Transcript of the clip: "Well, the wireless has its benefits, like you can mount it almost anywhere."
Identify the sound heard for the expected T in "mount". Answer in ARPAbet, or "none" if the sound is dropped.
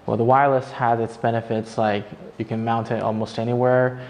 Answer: T